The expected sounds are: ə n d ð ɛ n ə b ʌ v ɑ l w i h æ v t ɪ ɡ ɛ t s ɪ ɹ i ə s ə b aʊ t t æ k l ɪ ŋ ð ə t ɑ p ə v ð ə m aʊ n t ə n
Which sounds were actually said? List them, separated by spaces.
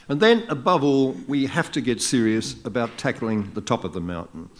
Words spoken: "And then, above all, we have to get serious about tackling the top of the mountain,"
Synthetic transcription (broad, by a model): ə n ð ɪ n ə b ʌ v ɑ l w i h æ f t ɪ ɡ ɛ t s ɪ ɹ i ə s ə b aʊ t t æ k l ɪ ŋ ð ə t ɑ p ə v ð ə m aʊ n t n